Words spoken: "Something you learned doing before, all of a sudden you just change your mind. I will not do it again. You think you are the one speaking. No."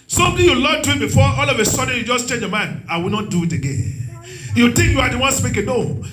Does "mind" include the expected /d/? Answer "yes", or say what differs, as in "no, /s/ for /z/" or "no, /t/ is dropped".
no, /d/ is dropped